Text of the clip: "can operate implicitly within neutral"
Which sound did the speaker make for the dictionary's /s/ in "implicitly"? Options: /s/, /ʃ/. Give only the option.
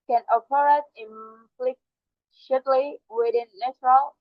/ʃ/